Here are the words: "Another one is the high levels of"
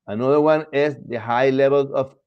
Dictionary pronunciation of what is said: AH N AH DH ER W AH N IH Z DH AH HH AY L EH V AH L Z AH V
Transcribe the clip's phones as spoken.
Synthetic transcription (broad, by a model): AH N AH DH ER W AH N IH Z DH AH HH AY L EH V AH L AH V